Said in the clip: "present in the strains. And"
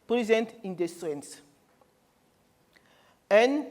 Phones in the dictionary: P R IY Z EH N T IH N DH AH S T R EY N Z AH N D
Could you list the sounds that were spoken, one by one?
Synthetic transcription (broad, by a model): P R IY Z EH N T IH N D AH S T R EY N S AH N